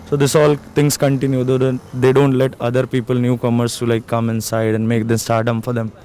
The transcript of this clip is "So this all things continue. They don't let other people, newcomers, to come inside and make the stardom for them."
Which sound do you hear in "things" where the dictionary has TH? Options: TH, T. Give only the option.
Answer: T